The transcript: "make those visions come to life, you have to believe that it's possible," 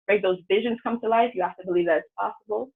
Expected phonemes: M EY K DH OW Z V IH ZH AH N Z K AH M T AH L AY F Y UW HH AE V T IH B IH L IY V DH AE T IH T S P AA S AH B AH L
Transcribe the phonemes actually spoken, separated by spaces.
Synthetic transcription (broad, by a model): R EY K DH OW Z V IH ZH AH N Z K AH M T AH L AY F Y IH HH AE F T IH B IH L IY V DH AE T IH T S P AA S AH B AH L